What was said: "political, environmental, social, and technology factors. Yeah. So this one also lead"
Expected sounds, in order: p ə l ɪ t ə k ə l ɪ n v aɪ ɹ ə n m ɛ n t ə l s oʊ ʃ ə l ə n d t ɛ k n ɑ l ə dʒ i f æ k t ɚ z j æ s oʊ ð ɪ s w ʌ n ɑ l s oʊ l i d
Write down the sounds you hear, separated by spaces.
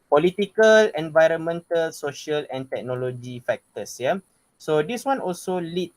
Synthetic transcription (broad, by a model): p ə l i t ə k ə l ɪ n v aɪ ɹ ə n m ɛ n t ə l s oʊ ʃ ə l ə n t ɛ k n ɑ l ə dʒ i f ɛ k t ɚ s j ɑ s oʊ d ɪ s w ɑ n ɑ l s oʊ l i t